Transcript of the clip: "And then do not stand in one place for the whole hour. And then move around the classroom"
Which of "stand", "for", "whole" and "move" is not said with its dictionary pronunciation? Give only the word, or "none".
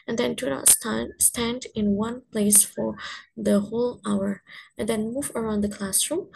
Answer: none